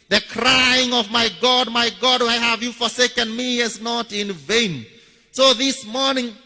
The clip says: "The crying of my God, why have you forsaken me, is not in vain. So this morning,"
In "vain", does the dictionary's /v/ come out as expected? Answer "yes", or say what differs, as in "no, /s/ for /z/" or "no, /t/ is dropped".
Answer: yes